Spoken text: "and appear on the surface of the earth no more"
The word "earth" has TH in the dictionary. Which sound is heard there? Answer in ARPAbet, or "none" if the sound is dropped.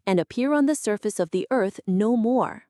TH